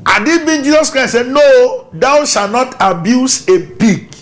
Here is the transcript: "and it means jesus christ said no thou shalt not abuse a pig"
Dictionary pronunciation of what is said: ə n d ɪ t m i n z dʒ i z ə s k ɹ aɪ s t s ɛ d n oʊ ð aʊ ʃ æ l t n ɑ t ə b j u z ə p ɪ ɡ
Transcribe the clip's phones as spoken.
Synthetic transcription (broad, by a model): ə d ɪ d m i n dʒ i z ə s k ɹ aɪ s s ɛ d n oʊ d aʊ ʃ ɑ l n ɑ t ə b j u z ə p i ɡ